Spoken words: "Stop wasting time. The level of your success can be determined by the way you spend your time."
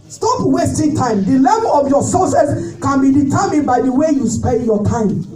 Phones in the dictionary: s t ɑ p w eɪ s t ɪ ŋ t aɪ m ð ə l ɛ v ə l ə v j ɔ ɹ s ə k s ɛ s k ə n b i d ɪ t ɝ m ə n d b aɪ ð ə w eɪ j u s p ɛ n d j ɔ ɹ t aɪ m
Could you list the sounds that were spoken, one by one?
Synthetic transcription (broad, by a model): s t ɑ p w eɪ s t ɪ ŋ t aɪ m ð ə l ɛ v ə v j ɔ s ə s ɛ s k ə n b i d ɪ t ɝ m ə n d b aɪ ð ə w eɪ j u s p ɛ n d j ɔ t aɪ m